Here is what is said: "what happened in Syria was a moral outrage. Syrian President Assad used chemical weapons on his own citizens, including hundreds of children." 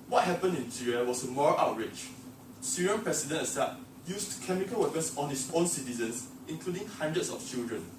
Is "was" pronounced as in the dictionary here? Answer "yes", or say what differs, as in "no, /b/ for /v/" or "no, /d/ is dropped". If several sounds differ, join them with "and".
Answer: no, /s/ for /z/